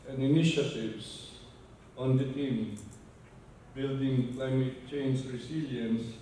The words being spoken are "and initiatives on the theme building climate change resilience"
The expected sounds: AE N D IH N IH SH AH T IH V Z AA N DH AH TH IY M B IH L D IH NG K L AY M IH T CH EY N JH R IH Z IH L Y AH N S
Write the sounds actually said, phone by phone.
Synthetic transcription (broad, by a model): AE N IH N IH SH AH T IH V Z AA N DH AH T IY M B IH L D IH NG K L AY M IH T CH EY N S R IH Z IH L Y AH N S